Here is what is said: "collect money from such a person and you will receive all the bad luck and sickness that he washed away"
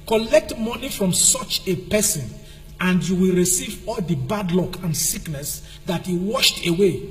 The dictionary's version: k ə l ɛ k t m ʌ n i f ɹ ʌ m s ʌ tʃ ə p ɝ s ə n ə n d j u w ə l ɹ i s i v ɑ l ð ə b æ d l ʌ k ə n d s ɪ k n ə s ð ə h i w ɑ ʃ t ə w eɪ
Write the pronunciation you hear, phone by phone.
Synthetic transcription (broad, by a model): k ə l ɛ k t m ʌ n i f ɹ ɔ m s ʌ tʃ ə p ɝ s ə n ə n d j u w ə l ɹ i s i v ɑ l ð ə b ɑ d l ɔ k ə n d s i k n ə s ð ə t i w ɑ ʃ t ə w eɪ